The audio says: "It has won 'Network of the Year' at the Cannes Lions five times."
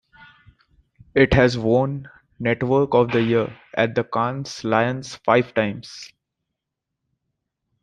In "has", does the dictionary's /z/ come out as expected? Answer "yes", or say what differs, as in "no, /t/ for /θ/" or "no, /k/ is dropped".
yes